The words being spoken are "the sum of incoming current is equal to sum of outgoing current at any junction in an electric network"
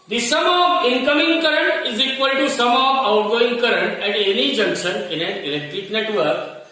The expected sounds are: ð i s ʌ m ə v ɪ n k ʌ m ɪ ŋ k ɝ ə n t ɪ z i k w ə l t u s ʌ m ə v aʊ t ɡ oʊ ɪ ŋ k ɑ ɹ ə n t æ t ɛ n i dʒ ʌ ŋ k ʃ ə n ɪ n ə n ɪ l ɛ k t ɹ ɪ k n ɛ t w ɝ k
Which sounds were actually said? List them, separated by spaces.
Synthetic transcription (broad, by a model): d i s ʌ m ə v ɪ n k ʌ m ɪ ŋ k ɝ ə n t ɪ z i k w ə l t u s ʌ m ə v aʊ t ɡ oʊ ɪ ŋ k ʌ ɹ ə n t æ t ɛ n i dʒ ʌ ŋ k ʃ ə n ɪ n ə n ɪ l ɛ k t ɹ ɪ k n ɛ t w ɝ k